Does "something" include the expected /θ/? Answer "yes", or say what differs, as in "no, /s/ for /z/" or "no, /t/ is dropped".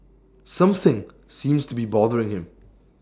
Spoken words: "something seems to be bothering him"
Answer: yes